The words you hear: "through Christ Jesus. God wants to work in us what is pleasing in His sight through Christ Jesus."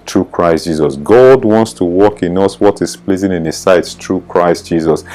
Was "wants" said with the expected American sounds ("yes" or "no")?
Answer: yes